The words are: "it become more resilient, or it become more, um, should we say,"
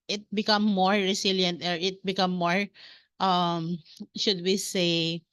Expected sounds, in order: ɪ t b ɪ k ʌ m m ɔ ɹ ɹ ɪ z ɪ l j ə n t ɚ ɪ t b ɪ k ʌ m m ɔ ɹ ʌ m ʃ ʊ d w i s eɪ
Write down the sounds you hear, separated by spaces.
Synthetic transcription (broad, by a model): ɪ t b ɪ k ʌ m m ɔ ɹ ɹ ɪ s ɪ l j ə n t ɚ ɪ t b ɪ k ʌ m m ɔ ɹ ʌ m ʃ ʊ d w i s eɪ